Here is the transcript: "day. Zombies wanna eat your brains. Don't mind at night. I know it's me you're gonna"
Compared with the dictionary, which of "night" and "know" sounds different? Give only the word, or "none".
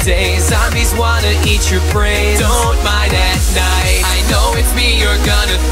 none